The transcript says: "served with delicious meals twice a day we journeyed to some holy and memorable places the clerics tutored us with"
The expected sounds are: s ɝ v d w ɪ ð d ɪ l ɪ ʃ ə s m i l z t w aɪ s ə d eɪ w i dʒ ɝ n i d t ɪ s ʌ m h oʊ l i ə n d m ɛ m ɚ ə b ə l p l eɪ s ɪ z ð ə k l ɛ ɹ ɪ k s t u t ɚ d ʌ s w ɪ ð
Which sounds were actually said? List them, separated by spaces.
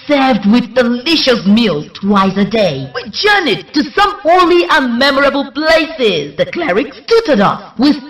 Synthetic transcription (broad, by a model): s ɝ v d w ɪ ð d ɪ l ɪ ʃ ə s m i l t w aɪ s ə d eɪ w i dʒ ɝ n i t ɪ s ʌ m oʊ l i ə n m ɛ m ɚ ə b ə l p l eɪ s ɪ z ð ə k l ɛ ɹ ɪ k s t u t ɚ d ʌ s w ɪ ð